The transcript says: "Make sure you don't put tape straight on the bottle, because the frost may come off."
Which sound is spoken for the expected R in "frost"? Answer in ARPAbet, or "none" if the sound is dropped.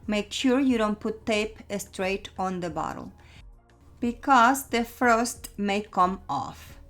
none